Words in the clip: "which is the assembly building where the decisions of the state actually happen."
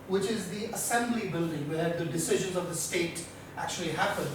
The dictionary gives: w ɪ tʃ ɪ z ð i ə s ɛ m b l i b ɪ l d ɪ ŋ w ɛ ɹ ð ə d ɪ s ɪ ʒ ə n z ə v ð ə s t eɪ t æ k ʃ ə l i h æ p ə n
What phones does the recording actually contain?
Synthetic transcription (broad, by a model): w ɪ tʃ ɪ z ð i ə s ɛ m b l i b ɪ l d ɪ ŋ w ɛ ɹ ð ə d ɪ s ɪ ʒ ə n z ə v ð ə s t eɪ t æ k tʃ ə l i h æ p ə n